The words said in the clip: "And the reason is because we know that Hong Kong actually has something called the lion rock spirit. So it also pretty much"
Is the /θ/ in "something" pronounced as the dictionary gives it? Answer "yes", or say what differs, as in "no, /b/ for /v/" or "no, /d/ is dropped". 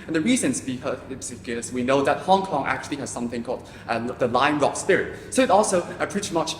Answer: yes